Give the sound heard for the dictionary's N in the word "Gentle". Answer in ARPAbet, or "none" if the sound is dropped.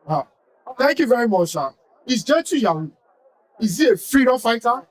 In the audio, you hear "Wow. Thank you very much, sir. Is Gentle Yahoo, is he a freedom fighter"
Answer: none